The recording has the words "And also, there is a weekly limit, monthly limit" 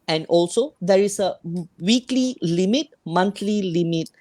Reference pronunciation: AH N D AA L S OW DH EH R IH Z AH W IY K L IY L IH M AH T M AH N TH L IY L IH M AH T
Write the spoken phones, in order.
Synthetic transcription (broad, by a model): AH N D AA L S OW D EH R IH S AH W IY K L IY L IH M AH T M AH N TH L IY L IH M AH T